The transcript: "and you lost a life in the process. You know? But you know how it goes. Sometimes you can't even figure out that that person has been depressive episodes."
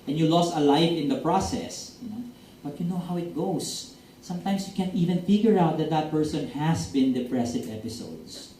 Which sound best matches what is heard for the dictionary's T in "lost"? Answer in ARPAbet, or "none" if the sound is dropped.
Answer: T